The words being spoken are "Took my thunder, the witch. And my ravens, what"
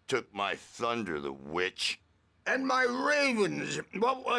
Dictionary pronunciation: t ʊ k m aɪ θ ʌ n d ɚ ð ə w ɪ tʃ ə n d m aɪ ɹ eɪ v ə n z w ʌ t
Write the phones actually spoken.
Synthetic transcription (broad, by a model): t ʊ k m aɪ θ ʌ n d ɚ ð ə w ɪ tʃ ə n m aɪ ɹ eɪ v ə n z w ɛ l